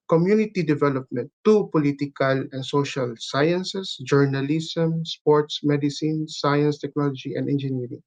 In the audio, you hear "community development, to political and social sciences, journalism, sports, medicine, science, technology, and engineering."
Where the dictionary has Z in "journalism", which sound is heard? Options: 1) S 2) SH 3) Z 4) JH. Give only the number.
1